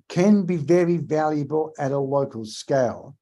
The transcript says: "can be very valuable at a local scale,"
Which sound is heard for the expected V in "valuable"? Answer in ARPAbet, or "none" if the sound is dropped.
V